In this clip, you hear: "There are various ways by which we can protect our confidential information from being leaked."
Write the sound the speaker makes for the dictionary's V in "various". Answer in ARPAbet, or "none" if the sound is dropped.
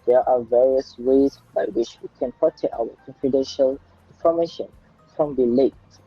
V